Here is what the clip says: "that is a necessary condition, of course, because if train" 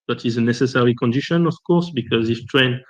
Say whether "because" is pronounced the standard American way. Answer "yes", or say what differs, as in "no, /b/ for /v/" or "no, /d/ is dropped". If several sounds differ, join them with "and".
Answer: yes